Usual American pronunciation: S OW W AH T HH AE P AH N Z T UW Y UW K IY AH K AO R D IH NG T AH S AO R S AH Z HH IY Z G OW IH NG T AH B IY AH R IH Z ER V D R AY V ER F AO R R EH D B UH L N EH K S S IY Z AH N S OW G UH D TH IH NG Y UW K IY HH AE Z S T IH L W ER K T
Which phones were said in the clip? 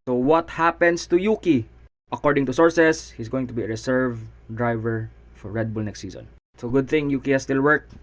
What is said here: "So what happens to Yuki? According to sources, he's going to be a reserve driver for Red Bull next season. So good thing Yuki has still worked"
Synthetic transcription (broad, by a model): S OW W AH T HH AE P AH N S T UW Y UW K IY AH K AO R D IH NG T AH S AO R S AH S HH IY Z G OW IH NG T AH B IY AH R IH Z ER V D R AY V ER F AO R R EH D B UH L N EH K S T IY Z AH N S OW G UH D TH IH NG Y UW K IY HH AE S T IH L W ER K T